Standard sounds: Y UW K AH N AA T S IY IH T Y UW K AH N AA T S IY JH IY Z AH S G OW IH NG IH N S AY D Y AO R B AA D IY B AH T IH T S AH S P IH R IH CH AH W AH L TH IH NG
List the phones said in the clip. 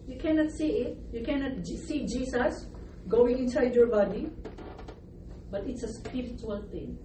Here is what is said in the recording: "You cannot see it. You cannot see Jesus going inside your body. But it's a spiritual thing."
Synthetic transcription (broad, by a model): Y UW K AH N AA T S IY IH T Y UW K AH N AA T S IY JH IY S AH S G OW IH NG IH N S AY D Y AO R B AA D IY B AH T IH T S AH S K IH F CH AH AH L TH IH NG